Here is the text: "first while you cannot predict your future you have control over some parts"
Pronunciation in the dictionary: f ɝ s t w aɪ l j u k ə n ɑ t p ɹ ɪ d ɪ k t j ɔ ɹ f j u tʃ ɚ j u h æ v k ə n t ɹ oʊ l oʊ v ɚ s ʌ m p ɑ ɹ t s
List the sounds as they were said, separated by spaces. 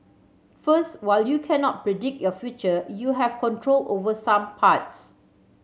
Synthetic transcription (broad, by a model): f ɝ s t w aɪ l j u k ə n ɑ t p ɹ ɪ d ɪ k t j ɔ f j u tʃ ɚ j u h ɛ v k ə n t ɹ oʊ l oʊ v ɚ s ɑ m p ɑ t s